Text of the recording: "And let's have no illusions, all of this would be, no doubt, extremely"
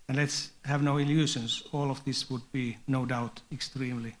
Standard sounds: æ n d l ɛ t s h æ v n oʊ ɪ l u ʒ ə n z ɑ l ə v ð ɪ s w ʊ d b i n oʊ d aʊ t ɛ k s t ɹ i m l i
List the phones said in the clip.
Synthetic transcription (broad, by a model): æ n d l ɛ t s h æ v n oʊ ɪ l u ʃ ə n s ɑ l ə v ð ɪ s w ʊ d b i n oʊ d aʊ t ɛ k s t ɹ i m l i